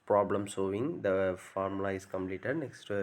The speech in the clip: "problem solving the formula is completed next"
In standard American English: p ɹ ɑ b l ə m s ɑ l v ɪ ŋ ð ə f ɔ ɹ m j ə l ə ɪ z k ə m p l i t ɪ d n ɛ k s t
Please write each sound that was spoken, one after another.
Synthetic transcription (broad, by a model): p ɹ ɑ b l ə m s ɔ v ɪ ŋ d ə f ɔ ɹ m l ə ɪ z k ə m p l i t ɪ d n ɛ k s t